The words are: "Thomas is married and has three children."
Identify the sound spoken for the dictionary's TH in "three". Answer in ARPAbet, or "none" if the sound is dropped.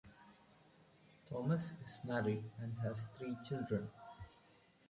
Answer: T